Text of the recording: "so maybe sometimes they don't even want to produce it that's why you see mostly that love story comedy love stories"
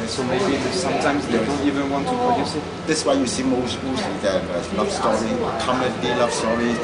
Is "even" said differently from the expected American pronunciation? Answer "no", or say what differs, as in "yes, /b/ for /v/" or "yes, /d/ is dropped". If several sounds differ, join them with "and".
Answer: no